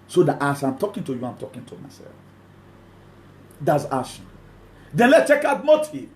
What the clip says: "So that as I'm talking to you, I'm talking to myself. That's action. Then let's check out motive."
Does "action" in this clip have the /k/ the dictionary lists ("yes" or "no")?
no